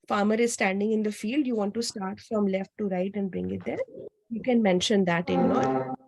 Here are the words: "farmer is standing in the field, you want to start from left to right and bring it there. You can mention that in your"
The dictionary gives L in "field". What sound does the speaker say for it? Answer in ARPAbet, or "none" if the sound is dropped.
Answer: L